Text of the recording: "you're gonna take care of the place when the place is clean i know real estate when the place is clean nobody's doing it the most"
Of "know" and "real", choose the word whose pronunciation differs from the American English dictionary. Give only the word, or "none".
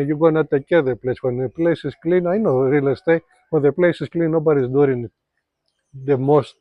none